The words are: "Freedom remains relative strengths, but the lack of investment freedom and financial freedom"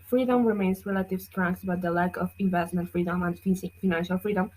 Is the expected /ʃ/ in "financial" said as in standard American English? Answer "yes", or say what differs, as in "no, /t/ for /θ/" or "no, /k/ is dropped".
yes